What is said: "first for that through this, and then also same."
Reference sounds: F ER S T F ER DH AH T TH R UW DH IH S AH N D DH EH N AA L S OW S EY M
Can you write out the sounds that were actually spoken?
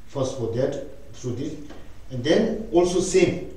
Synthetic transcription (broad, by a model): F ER S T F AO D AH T T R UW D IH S AH N D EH N AA L S OW S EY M